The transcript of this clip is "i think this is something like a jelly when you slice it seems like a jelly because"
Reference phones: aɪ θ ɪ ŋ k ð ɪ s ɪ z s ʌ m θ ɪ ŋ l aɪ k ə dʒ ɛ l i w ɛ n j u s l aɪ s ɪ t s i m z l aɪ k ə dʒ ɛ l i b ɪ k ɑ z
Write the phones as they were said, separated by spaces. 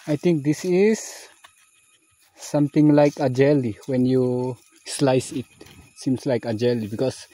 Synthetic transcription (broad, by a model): aɪ t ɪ ŋ k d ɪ s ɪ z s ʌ m t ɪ ŋ l aɪ k ə dʒ ɛ l i w ɛ n j u s l aɪ s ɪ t s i m s l aɪ k ə dʒ ɛ l i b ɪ k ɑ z